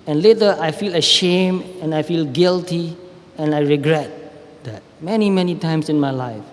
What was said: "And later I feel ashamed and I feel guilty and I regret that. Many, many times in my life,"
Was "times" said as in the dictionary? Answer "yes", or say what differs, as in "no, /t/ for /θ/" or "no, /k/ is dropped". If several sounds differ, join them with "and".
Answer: no, /s/ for /z/